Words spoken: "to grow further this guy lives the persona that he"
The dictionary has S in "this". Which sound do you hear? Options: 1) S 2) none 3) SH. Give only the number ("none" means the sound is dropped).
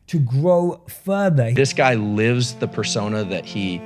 1